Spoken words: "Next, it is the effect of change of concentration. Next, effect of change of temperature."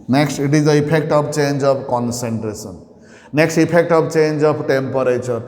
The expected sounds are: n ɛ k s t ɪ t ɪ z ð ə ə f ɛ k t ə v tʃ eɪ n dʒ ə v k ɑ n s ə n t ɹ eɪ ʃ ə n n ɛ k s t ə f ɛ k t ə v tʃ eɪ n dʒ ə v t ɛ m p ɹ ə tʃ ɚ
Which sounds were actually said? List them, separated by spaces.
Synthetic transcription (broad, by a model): n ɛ k s t ɪ t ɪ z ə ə p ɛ k t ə b tʃ eɪ n dʒ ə b k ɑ n s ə n t ɹ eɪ s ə n n ɛ k s t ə p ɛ k t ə b tʃ eɪ n dʒ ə b t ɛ m p ɹ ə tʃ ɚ